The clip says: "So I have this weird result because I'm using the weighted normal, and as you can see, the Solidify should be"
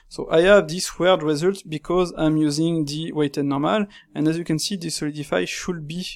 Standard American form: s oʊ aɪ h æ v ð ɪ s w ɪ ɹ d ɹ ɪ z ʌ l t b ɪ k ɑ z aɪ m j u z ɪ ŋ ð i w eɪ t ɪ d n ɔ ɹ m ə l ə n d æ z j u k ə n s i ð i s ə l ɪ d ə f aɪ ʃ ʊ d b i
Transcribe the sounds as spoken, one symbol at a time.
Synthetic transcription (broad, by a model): s oʊ aɪ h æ v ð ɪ s w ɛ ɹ d ɹ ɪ z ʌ l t b ɪ k ɑ z aɪ m j u z ɪ ŋ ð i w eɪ t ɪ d n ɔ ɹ m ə l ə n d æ z j u k ə n s i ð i s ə l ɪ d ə f aɪ ʃ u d b i